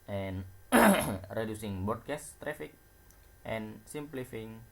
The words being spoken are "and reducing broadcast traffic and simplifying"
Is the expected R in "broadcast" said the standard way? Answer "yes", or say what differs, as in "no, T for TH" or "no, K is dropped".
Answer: no, R is dropped